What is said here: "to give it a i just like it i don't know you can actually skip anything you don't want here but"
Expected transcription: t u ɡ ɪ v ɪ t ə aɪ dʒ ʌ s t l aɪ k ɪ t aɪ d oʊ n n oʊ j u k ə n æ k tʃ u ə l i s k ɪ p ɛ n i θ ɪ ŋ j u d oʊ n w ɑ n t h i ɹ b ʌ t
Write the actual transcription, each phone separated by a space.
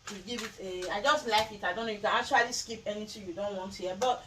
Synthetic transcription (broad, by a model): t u ɡ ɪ v ɪ t ə aɪ dʒ ʌ s t l aɪ k ɪ t aɪ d oʊ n n oʊ j u k ə n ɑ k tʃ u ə l i s k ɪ p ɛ n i t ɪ j u d oʊ n w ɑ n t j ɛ b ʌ t